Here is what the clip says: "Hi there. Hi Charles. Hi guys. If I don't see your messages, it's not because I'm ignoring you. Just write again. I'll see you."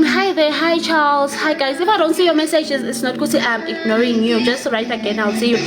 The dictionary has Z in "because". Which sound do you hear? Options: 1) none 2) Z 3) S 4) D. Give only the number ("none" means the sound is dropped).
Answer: 1